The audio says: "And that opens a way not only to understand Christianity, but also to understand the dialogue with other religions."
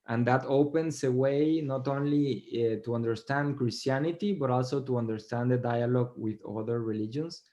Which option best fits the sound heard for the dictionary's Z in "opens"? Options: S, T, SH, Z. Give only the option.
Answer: S